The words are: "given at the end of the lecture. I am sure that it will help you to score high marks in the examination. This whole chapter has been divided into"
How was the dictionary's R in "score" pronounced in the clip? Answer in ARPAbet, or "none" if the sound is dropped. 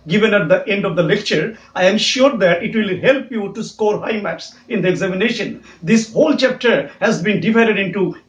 R